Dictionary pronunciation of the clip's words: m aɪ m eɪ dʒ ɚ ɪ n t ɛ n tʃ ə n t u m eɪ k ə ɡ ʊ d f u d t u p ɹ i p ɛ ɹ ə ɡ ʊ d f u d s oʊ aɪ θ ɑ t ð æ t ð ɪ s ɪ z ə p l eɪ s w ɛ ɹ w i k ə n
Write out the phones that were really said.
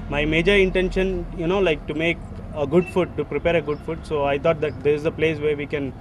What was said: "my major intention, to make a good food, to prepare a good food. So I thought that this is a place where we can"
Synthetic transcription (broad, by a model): m aɪ m eɪ dʒ ɚ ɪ n t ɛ n ʃ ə n t u m eɪ k ə ɡ ʊ d f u t u p ɹ i p ɛ ɹ ə ɡ ʊ d f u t s oʊ aɪ t ɑ t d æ t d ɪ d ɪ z ə p l eɪ s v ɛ ɹ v i k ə n